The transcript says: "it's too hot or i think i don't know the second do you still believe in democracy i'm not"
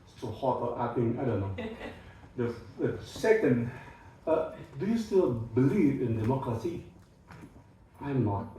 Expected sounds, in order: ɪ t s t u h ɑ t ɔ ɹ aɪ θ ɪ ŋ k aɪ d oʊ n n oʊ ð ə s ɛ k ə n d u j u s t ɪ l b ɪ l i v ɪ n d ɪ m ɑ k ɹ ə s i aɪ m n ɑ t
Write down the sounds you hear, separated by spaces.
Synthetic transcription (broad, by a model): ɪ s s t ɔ h ɑ t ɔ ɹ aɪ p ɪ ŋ aɪ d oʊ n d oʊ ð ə s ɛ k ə n d u j u s t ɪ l b ɪ l i v ɪ n d ɪ m ɑ k ɹ ə s i aɪ m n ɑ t